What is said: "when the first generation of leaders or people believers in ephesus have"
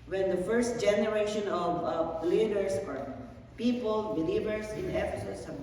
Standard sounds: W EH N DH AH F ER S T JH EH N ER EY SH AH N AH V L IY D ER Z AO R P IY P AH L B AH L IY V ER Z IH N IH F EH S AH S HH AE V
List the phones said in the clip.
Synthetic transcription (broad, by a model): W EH N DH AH F ER S T JH EH N ER EY SH AH N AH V L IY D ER S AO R P IY P AH L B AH L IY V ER S IH N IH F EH S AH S HH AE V